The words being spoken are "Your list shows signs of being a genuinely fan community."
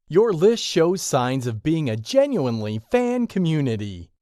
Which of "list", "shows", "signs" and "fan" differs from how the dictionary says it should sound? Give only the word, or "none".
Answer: none